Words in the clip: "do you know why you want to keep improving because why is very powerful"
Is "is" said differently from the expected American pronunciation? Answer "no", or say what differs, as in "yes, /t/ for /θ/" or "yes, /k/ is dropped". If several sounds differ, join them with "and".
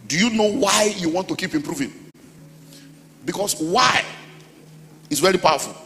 yes, /s/ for /z/